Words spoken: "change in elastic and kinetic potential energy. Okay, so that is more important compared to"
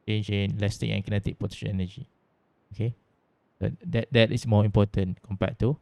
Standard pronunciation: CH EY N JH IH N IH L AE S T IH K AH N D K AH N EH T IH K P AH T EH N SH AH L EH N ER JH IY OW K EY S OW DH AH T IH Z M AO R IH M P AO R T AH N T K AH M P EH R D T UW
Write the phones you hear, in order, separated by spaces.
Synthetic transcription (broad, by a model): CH EY N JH IH N L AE S T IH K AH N K AH N EH T IH K P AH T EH SH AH N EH N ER JH IY OW K EY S OW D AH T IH S M AO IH M P AO T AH N K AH M P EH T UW